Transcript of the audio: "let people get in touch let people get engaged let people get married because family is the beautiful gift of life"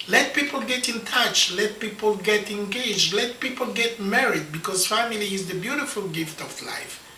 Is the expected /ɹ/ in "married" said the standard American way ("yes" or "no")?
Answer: yes